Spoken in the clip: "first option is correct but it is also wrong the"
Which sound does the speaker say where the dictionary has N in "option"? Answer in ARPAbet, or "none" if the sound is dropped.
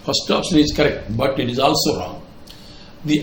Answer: none